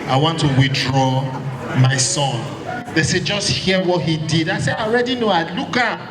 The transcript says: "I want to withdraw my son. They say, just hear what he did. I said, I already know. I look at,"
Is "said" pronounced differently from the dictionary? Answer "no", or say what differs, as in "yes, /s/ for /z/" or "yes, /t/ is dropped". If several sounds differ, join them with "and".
yes, /d/ is dropped